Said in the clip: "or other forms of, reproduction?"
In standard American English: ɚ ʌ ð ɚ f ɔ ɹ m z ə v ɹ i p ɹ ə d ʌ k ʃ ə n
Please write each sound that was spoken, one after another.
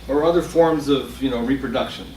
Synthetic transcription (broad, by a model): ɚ ʌ ð ɚ f ɔ ɹ m z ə v ɹ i p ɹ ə d ʌ k ʃ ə n